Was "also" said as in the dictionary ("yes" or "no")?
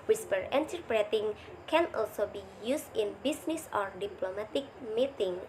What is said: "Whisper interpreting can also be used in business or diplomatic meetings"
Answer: yes